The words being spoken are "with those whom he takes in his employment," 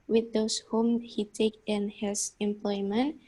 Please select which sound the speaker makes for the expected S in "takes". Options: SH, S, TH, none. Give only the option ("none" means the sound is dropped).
none